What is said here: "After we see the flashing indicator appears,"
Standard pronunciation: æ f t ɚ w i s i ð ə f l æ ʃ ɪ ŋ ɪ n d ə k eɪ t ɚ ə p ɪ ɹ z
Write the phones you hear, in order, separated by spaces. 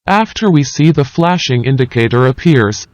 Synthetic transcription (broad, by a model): æ f t ɚ w i s i ð ə f l æ ʃ ɪ ŋ ɪ n d ə k eɪ t ɚ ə p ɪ ɹ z